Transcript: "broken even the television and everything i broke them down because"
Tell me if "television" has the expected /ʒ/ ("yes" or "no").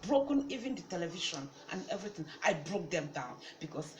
no